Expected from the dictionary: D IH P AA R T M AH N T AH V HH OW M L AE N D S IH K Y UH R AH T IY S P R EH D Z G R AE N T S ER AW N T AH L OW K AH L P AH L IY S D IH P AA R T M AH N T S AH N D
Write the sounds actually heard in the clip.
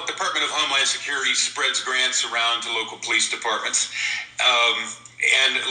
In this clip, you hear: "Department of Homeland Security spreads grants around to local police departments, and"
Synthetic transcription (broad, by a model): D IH P AA R T M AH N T AH V HH OW M L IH N S IH K Y UH R AH T IY S P R EH D Z G R AE N T S ER AW N T AH L OW K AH L P AH L IY S D IH P AA R T M AH N T S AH N